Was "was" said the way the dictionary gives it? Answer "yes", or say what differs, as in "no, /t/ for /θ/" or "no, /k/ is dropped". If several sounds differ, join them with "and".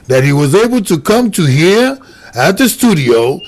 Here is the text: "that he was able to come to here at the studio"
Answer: yes